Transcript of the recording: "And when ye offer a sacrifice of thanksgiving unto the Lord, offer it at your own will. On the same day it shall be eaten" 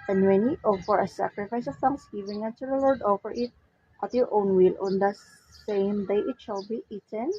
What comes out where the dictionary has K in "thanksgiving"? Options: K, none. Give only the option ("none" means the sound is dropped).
none